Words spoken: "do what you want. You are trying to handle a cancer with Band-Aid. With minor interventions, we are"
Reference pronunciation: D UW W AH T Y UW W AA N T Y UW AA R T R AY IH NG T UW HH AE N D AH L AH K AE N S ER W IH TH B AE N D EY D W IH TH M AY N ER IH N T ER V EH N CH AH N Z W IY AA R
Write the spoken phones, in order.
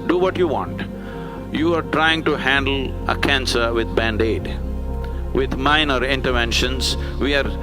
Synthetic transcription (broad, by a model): D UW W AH T Y UW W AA N T Y UW AA R T R AY IH NG T UW HH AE N D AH L AH K AE N S ER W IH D B AE N D EY D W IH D M AY N ER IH N T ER V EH N SH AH N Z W IY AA R